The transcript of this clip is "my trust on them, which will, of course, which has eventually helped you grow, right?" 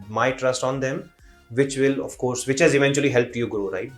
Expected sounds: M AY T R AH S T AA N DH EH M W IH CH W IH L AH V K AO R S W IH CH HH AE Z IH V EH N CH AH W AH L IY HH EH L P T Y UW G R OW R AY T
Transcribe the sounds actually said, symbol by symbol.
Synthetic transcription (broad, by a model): M AY T R AH S T AA N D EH M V IH CH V IH L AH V K AO R S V IH CH HH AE Z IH V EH N CH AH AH L IY HH EH L P T Y UW G R OW R AY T